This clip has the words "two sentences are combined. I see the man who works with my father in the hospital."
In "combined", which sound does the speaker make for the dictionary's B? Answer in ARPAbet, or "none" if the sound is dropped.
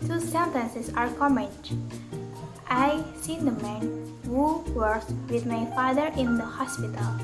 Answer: none